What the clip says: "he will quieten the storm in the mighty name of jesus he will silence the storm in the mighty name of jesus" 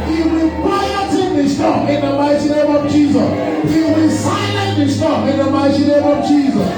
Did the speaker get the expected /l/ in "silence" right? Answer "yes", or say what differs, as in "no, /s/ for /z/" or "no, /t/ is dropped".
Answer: no, /n/ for /l/